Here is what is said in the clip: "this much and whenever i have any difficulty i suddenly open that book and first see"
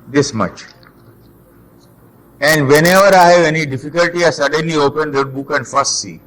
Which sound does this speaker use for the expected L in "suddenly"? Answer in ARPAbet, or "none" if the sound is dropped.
L